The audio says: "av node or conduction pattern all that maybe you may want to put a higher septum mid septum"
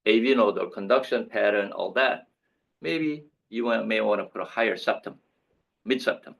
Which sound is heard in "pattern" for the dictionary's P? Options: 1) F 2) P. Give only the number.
2